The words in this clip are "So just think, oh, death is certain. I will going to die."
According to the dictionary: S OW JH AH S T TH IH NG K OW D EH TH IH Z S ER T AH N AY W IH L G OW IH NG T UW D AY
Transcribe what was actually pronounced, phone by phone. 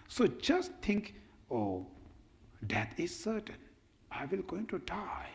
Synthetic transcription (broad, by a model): S OW JH AH S T T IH NG K OW D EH T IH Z S ER T AH N AY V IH L G OW IH NG T UW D AY